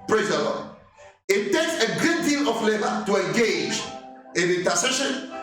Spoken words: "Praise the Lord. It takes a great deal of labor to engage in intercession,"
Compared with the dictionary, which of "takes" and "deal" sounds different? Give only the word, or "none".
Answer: none